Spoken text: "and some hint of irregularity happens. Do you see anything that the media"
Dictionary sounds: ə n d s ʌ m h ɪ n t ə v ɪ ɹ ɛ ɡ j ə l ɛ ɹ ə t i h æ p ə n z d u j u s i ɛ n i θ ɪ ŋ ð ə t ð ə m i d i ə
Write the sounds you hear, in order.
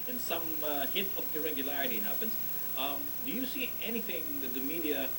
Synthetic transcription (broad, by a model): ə n s ʌ m h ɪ t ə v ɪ ɹ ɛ ɡ j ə l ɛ ɹ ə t i h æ p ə n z d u j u s i ɛ n i θ ɪ ŋ ð ə t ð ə m i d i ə